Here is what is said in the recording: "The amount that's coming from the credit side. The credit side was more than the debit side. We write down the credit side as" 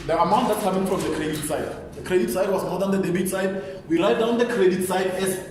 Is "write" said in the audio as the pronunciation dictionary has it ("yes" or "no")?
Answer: no